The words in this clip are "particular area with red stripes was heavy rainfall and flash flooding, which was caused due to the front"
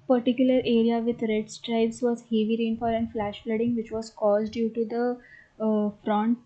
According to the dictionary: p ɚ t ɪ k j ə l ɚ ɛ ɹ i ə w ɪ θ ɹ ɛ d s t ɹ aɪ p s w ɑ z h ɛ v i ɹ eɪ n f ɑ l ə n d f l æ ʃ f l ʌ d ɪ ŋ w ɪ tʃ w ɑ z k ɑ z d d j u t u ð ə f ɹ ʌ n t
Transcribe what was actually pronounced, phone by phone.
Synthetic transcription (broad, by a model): p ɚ t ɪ k j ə l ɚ ɛ ɹ i ə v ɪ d ɹ ɛ d s t ɹ aɪ b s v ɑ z h ɛ v i ɹ eɪ n f ɑ l ə n d f l æ ʃ f l ʌ d ɪ ŋ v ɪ tʃ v ɑ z k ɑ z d d j u t u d ə f ɹ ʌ n t